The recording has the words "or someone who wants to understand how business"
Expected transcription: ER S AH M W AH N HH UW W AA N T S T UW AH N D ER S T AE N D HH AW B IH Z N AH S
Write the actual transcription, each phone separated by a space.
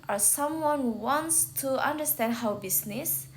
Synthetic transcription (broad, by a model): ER S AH M W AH N HH UW W AA N T S T UW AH N D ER S T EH N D HH AW B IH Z N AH S